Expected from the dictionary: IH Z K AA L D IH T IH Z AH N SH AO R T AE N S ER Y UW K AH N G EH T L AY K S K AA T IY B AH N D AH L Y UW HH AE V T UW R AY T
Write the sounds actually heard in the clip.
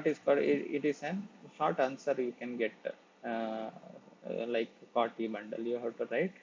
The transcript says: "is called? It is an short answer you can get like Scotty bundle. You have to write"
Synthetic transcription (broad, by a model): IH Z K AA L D IH T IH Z AH N SH AO R T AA N S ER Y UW K AH N G EH T L AY K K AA T IY B AH N D AH L Y UW HH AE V T UW R AY T